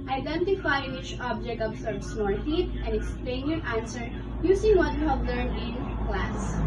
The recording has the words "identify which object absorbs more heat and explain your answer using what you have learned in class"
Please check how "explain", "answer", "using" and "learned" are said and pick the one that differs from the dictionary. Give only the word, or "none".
using